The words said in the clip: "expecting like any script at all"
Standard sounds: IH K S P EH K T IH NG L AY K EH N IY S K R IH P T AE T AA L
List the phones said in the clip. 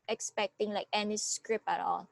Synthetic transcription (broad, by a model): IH K S P EH K T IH NG L AY K EH N IY S K R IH P AE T AA L